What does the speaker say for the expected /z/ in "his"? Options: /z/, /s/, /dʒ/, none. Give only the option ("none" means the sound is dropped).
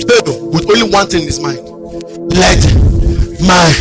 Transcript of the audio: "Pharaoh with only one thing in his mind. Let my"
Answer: /s/